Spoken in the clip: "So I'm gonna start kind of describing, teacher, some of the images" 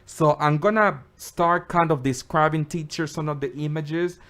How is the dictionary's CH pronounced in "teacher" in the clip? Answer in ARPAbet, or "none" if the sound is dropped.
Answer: CH